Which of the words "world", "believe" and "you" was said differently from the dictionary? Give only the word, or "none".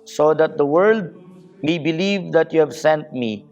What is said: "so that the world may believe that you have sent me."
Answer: none